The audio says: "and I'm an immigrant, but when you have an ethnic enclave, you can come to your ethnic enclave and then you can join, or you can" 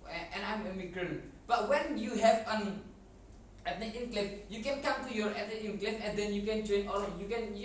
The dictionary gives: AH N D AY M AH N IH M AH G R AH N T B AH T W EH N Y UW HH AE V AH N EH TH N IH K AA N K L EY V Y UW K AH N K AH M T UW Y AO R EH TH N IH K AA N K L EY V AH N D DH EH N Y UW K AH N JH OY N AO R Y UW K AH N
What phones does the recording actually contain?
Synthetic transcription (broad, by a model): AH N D AY M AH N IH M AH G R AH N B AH T W EH N Y UW HH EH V AH N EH T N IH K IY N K L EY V Y UW K AH N K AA M T UW Y AO R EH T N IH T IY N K L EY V AH N D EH N Y UW K AH N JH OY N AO L Y UW K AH N